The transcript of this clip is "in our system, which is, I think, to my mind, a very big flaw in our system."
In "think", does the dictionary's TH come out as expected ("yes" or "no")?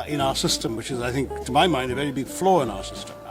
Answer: yes